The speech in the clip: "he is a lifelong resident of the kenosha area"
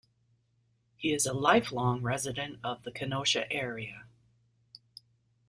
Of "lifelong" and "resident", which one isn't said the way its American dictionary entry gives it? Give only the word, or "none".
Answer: none